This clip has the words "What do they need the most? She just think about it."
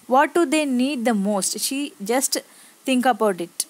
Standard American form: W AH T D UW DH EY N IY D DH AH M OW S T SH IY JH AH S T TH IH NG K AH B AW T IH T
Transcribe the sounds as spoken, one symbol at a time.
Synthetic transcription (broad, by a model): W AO T D UW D EY N IY D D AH M OW S T SH IY JH AH S T T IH NG K AH B AW T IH T